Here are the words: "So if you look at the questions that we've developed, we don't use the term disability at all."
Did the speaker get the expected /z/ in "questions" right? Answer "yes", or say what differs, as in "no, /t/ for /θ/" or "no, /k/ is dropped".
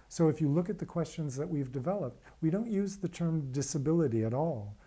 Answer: yes